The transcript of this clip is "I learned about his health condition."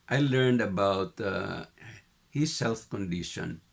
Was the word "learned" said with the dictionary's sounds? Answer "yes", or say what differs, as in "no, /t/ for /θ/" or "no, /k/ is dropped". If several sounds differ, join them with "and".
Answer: yes